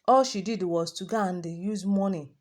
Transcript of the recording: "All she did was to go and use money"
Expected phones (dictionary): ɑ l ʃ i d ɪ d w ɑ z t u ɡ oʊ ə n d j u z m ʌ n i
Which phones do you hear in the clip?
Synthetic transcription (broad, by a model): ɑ l ʃ i d ɪ d w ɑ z t u ɡ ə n d j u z m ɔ n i